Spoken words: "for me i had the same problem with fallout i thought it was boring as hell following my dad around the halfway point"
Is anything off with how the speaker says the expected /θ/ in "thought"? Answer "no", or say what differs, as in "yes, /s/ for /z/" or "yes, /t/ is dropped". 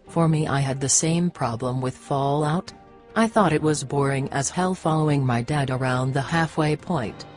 no